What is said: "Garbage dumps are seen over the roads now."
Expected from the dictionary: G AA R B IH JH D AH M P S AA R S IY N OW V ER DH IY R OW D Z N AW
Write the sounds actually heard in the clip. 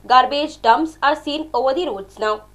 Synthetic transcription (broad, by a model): G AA R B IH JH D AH M S AA R S IY N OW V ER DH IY R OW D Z N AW